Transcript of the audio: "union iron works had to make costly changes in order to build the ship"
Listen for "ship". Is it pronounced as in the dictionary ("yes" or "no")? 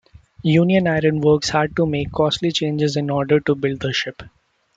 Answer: yes